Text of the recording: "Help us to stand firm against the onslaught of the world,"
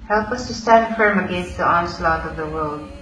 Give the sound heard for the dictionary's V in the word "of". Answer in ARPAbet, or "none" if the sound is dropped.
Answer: V